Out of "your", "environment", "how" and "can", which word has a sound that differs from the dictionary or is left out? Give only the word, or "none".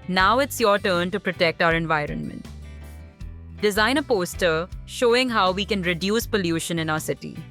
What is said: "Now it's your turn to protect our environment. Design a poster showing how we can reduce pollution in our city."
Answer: none